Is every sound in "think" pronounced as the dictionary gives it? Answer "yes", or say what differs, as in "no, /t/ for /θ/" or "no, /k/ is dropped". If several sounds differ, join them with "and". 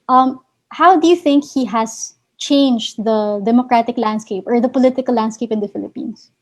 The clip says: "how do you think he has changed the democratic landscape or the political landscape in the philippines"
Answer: yes